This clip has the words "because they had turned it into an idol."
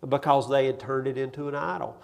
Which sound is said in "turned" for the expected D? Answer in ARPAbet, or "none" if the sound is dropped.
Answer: none